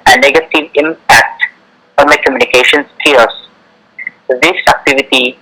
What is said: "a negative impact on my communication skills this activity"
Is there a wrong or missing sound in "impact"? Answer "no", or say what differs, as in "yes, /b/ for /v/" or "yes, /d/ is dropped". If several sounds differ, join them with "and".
no